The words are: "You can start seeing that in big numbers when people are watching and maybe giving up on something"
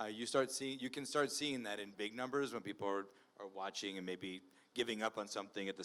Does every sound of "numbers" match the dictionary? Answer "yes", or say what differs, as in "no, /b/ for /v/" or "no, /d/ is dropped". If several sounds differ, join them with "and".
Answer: yes